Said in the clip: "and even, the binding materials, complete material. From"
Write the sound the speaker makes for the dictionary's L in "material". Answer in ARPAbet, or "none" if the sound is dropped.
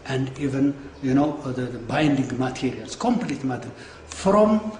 N